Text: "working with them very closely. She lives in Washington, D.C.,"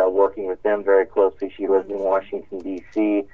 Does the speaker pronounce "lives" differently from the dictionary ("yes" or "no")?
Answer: yes